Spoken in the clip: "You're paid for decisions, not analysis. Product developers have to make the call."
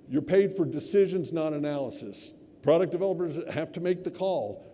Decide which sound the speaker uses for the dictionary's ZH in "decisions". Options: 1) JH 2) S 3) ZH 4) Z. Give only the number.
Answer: 3